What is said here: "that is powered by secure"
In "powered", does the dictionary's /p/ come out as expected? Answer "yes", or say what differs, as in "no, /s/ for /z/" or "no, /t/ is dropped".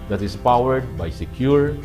yes